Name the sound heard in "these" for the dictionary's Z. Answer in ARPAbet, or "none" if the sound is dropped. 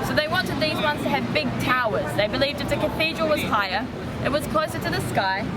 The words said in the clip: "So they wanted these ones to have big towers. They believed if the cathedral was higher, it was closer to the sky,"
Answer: Z